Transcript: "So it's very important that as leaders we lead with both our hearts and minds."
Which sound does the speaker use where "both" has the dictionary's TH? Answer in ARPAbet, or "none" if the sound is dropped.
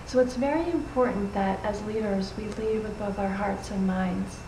TH